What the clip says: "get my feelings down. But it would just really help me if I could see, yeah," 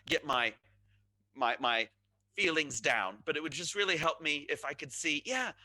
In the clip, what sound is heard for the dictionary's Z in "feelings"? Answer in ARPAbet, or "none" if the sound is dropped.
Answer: Z